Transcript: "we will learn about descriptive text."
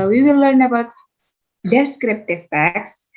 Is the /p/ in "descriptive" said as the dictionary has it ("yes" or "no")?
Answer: yes